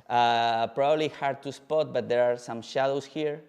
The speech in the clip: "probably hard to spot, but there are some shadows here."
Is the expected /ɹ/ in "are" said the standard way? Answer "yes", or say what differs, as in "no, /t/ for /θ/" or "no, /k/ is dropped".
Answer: yes